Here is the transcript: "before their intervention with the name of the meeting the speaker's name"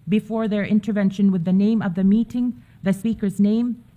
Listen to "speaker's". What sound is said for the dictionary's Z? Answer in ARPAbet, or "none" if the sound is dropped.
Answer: Z